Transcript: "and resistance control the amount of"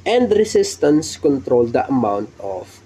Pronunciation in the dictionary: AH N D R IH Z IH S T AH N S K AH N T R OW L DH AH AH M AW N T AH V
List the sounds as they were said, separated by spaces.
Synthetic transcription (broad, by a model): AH N D R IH S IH S T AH N S K AH N T R OW L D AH AH M AW N T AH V